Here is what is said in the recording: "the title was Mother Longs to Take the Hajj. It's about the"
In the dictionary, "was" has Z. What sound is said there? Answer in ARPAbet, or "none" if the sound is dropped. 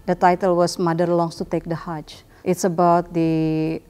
S